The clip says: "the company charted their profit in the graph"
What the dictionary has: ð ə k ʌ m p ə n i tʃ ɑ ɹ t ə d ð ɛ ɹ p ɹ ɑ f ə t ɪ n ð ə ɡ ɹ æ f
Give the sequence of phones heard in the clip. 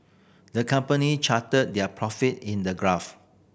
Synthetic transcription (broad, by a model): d ə k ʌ m p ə n i tʃ ɑ t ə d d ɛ p ɹ ɑ f ə t ɪ n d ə ɡ ɹ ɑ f